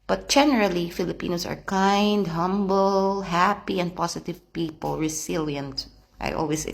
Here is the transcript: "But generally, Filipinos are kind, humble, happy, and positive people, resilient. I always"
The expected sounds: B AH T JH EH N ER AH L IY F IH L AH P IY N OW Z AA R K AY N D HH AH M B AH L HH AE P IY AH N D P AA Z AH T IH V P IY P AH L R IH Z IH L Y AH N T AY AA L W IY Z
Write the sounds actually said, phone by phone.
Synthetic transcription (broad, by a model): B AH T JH EH N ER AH L IY F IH L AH P IY N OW S AA R K AY N D HH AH M B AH L HH AE P IY AH N D P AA S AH T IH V P IY P AH L R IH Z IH L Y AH N T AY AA L W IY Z